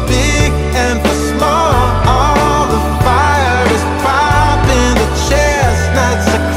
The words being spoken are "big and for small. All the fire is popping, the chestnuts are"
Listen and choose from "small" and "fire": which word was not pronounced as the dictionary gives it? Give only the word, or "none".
none